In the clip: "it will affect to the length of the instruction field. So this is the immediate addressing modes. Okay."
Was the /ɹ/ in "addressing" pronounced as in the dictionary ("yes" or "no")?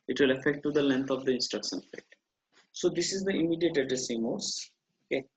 no